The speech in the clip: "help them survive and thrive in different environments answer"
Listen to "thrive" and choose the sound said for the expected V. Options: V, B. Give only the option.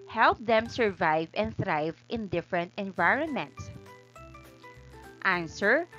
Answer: V